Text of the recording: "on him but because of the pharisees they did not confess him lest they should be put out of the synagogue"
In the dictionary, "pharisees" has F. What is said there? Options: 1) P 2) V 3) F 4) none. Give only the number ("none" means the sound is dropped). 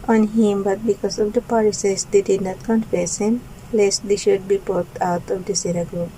1